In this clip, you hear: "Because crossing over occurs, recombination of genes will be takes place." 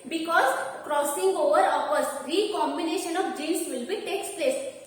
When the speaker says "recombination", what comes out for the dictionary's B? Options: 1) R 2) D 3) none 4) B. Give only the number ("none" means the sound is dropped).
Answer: 4